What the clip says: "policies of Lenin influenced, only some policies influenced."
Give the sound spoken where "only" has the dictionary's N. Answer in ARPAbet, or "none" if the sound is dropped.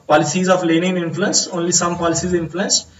N